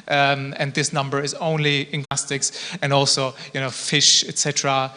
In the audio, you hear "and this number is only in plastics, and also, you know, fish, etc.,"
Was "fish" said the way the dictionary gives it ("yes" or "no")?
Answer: yes